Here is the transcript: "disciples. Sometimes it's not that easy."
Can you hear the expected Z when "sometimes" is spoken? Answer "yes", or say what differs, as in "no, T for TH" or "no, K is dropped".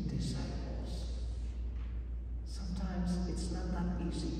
yes